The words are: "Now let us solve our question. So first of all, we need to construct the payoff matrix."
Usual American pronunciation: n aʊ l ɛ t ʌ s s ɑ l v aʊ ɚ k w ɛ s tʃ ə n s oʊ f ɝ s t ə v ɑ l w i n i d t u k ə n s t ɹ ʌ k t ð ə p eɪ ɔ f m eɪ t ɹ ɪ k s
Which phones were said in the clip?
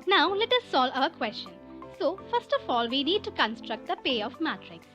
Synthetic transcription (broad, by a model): n aʊ l ɛ t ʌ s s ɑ l aʊ ɚ k w ɛ s tʃ ə n s oʊ f ɝ s t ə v ɑ l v i n i d t u k ə n s t ɹ ʌ k t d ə p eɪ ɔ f m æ t ɹ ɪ k s